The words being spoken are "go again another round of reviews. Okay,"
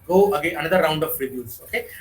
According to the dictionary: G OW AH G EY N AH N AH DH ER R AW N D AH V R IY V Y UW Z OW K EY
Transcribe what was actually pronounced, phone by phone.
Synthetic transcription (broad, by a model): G OW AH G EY AH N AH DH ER R AW N D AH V R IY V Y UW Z OW K EY